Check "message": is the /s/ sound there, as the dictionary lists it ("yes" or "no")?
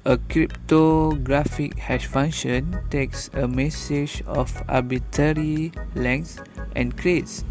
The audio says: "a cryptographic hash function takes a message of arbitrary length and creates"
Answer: yes